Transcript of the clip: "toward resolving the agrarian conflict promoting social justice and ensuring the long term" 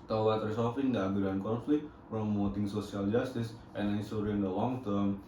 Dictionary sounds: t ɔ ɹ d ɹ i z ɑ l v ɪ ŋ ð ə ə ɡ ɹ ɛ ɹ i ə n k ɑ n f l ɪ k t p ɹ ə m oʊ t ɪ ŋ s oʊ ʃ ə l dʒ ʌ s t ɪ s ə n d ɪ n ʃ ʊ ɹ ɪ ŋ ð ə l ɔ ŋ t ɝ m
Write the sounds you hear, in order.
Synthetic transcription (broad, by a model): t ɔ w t ɹ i s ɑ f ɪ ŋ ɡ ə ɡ u ɹ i n k ɑ n f l ɪ k t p ɹ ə m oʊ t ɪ ŋ s oʊ s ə l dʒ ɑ s t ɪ s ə n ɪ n s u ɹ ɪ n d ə l ɔ ŋ t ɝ m